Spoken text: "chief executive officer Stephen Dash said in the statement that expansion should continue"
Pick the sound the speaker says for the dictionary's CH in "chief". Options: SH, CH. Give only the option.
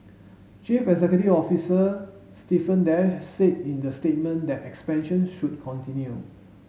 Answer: CH